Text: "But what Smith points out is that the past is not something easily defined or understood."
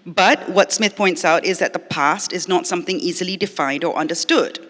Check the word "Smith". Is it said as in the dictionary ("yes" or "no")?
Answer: yes